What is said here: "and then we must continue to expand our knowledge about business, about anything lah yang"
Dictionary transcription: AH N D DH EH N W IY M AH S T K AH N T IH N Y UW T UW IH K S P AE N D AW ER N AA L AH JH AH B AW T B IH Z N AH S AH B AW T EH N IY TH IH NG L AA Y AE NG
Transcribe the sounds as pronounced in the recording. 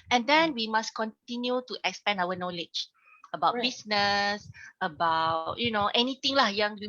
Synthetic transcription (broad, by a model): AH N D EH N W IY M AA S K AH N T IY N Y UW T UW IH K S P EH N AW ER N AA L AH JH AH B AW T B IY S N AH S AH B AW T EH N IY T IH NG L AA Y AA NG